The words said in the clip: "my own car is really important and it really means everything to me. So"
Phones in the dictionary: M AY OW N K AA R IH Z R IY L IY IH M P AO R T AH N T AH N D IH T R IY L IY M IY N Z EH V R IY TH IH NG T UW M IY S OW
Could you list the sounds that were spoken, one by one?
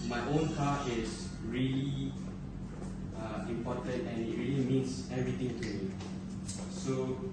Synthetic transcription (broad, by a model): M AY OW N K AA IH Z R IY L IY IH M P AO T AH N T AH N IH T R IY L IY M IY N S EH V R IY T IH NG T UW M IY S OW